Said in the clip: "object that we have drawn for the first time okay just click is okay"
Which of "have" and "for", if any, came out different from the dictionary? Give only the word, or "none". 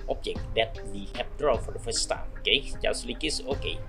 have